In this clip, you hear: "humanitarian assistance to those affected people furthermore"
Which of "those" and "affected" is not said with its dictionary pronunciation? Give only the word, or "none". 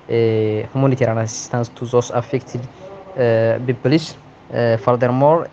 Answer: those